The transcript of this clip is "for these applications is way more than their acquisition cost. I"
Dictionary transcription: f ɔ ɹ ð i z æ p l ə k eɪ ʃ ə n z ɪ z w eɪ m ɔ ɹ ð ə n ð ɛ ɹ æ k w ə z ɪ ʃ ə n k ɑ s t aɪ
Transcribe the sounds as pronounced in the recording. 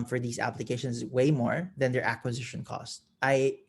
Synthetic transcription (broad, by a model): f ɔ ɹ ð i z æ p l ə k eɪ ʃ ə n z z w eɪ m ɔ ɹ ð ə n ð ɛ ɹ æ k w ə z ɪ ʃ ə n k ɑ s t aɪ